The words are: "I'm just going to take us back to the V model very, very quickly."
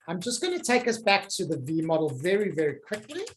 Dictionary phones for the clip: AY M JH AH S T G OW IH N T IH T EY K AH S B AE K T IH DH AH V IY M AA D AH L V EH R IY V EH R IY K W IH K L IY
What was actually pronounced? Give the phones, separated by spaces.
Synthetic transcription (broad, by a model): AY M JH AH S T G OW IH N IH T EY K AH S B AE K T IH DH AH V IY M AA D L V EH R IY V EH R IY K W IH K L IY